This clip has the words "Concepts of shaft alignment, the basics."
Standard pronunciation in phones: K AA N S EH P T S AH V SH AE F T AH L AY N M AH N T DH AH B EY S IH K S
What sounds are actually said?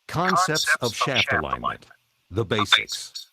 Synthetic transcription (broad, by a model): K AA N S EH P T S AH V SH AE F T AH L AY N M AH N T DH AH B EY S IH K S